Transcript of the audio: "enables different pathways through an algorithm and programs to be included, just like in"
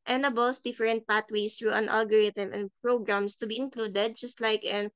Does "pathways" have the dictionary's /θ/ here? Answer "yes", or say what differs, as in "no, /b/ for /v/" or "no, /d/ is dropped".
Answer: no, /t/ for /θ/